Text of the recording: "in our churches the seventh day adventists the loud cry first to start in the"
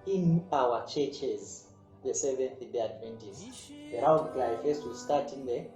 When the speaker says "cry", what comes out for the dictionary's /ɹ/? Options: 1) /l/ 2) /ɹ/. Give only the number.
1